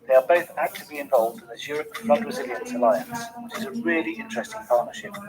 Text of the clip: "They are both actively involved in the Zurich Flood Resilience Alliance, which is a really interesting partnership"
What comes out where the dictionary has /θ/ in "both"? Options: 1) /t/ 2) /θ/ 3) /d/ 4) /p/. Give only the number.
2